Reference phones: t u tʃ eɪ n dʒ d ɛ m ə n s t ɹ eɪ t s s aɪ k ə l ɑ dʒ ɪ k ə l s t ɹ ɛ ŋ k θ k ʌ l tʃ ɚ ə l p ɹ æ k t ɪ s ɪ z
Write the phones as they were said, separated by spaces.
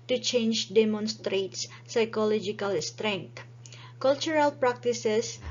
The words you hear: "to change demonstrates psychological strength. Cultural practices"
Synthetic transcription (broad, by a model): t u tʃ eɪ n dʒ d ɛ m ə n s t ɹ eɪ t s s aɪ k ə l ɑ dʒ ɪ k ə l s t ɹ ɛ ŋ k t k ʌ l tʃ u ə l p ɹ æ k t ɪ s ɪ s